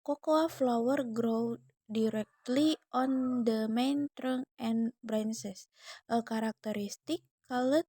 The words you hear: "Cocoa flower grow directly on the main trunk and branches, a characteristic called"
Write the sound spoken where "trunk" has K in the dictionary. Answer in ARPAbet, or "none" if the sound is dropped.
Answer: none